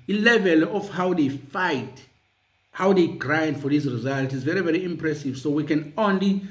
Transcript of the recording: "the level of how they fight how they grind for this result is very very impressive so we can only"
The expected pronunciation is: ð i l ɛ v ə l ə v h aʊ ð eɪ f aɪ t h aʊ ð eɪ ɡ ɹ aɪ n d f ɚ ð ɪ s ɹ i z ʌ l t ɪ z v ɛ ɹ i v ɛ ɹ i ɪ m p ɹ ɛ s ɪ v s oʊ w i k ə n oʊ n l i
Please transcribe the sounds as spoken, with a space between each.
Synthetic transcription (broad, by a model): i l ɛ v ə l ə f h aʊ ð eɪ f aɪ t h aʊ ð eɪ ɡ ɹ aɪ n d f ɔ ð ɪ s ɹ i z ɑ l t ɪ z v ɛ ɹ i v ɛ ɹ i ɪ m p ɹ ɛ s ɪ v s oʊ w i k ə n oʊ n l i